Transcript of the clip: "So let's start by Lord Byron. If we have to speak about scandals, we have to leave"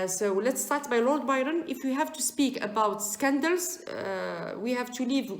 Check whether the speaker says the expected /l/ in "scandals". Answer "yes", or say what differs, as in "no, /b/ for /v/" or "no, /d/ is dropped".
yes